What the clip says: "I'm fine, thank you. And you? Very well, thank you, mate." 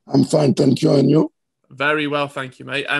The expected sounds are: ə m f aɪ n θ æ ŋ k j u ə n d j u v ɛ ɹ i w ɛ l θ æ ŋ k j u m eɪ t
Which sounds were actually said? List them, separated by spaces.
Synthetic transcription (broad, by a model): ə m f aɪ n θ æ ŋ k j u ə n j u v ɛ ɹ i w ɛ l θ æ ŋ k j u m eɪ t